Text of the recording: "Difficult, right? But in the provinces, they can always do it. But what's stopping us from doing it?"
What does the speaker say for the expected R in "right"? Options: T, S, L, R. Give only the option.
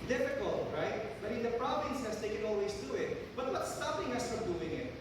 R